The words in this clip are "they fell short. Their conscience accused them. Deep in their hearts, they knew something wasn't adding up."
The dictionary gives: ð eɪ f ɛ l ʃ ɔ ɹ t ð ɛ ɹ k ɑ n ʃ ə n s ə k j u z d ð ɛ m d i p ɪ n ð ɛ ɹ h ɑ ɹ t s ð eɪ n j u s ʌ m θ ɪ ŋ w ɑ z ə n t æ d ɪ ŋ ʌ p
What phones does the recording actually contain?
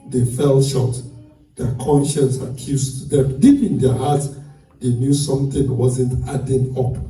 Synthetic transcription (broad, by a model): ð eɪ f ɛ l ʃ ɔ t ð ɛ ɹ k ɑ n ʃ ə n s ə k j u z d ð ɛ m d i p ɪ n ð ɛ h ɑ t s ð eɪ n j u s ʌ m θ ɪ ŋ w ɑ z ə n t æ d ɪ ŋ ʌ p